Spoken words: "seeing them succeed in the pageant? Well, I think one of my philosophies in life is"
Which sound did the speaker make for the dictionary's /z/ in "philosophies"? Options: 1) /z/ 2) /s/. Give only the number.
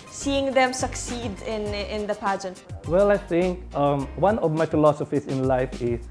2